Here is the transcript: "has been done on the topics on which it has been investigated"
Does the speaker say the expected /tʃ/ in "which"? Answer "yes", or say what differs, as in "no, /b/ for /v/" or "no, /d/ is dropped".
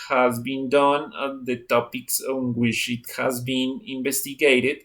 no, /ʃ/ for /tʃ/